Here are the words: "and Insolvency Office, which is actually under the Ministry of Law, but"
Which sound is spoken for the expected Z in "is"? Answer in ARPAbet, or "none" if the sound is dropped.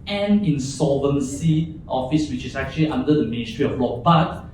S